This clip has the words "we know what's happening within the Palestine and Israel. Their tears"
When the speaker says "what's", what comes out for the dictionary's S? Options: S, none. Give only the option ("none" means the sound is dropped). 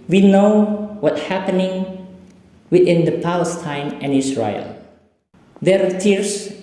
none